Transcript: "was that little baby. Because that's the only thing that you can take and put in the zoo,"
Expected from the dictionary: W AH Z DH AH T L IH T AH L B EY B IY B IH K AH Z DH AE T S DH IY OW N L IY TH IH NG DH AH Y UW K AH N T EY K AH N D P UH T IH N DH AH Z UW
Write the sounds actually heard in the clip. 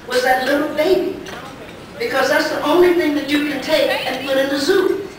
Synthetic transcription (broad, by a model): W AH Z DH AH T L IH T L B EY B IY B IH K AH Z DH AE T S DH IY OW N L IY TH IH NG DH AH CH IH K AH N T EY K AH N P UH T IH N DH AH Z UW